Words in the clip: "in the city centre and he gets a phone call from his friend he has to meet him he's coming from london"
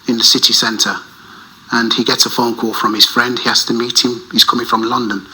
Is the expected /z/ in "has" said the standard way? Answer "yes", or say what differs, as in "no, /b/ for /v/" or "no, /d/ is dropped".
no, /s/ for /z/